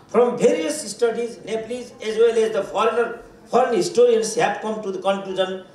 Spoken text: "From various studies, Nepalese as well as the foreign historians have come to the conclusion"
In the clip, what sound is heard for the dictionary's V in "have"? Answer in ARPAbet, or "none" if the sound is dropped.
B